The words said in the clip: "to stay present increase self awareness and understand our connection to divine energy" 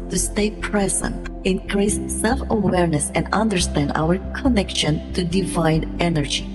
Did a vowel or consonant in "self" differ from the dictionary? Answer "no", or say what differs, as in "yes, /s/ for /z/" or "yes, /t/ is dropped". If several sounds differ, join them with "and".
no